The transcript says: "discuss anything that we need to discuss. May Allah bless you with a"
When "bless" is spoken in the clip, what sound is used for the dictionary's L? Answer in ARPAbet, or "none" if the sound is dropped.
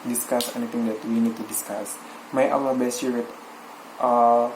none